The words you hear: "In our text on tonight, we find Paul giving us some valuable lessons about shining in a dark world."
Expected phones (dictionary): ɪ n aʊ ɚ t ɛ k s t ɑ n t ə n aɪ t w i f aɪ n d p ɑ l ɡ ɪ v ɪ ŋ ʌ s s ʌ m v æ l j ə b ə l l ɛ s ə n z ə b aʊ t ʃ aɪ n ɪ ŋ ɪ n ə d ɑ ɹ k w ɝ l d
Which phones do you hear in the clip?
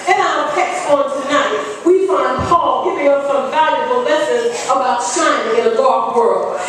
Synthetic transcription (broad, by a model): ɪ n aʊ ɚ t ɛ k s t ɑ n t ə n aɪ t w i f aɪ n d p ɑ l ɡ ɪ v ɪ ŋ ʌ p s ʌ m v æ l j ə b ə l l ɛ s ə z ə b aʊ t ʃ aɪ ɪ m ɪ n ə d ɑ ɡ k w ɝ l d